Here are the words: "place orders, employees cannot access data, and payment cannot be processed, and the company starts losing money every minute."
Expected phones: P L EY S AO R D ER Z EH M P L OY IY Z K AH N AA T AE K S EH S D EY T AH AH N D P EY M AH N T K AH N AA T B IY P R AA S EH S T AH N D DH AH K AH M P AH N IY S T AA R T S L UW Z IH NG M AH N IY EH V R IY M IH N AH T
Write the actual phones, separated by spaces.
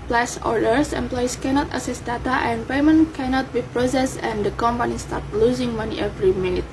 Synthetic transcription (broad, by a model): P L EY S AO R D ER S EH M P L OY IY S K AH N AA T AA S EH S D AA T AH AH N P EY M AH N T K AH N AA T B IY P R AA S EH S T AH N D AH K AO M P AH N IY S T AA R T L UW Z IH NG M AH N IY EH V R IY M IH N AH T